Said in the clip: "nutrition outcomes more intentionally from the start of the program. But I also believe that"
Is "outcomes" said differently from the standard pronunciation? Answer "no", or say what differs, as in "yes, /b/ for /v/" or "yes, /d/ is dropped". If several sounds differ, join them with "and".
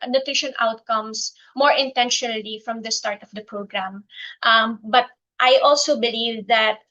yes, /s/ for /z/